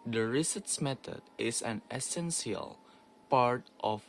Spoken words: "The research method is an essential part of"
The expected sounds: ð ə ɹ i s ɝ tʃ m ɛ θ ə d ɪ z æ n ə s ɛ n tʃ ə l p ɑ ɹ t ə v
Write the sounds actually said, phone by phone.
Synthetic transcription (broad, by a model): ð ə ɹ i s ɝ s m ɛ t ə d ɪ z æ n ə s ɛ n s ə l p ɑ ɹ t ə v